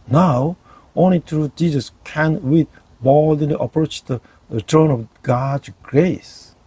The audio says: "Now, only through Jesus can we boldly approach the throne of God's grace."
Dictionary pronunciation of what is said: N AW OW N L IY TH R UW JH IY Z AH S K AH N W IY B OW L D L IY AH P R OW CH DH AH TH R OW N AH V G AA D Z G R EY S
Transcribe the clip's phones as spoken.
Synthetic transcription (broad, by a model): N AW OW N L IY T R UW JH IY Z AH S K AH N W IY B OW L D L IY AH P R OW CH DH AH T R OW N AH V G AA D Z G R EY S